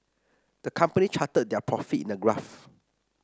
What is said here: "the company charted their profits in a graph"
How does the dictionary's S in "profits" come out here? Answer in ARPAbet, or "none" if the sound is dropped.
none